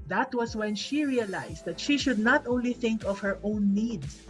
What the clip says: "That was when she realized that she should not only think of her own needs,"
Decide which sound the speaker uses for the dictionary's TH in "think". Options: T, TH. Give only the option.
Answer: TH